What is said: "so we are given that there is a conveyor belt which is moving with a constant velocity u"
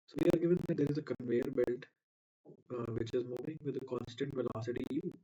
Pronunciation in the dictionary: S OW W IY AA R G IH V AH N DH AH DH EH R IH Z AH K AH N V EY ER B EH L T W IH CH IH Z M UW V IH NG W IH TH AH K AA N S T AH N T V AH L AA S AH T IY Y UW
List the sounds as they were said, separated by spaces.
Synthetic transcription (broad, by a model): S OW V IY AA R G IH V AH N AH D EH R IH Z AH K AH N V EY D B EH L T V IH CH IH Z M UW V IH NG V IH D AH K AA N S T AH N T V AH L AA S AH T IY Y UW